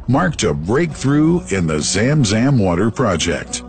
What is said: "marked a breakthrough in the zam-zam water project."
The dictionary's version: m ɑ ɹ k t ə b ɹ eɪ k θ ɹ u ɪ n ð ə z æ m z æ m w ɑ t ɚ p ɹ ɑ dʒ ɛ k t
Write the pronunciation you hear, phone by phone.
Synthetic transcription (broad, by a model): m ɑ ɹ k t ə b ɹ eɪ k θ ɹ u ɪ n ð ə z æ m z æ m w ɑ t ɚ p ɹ ɑ dʒ ɛ k t